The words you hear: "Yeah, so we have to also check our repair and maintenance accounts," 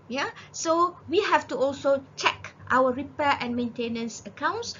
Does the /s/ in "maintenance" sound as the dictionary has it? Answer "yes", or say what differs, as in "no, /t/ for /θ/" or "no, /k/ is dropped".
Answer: yes